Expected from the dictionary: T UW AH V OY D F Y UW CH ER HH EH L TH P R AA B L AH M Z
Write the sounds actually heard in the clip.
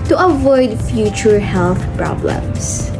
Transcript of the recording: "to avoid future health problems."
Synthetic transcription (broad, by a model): T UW AH V OY D F Y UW CH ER HH EH L TH P R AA B L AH M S